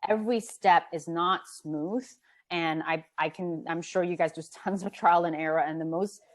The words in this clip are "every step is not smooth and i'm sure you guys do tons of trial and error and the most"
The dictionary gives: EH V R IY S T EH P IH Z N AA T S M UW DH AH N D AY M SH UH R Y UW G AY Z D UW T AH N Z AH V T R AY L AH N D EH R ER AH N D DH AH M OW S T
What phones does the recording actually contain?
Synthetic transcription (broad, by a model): EH V R IY S T EH P IH Z N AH T S M UW DH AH N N AY M SH UH R Y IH G AY Z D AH T AH N Z AH V T R AY L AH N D EH R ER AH N DH AH M OW S T